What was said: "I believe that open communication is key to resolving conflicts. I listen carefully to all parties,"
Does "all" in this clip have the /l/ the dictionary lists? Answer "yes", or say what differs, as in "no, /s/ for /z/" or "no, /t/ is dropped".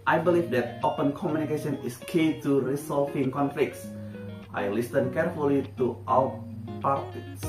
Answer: no, /w/ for /l/